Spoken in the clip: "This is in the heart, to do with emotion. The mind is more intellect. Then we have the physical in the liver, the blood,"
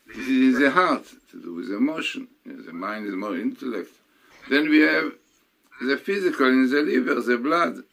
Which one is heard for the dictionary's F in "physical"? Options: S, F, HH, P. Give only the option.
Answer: F